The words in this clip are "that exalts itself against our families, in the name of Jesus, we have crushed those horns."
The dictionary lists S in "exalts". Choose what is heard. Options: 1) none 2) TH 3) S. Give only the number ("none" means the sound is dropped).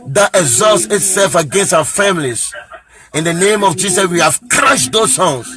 3